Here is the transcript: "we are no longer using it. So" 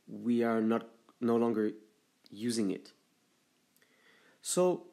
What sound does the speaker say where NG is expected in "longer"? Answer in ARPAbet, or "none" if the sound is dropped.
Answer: NG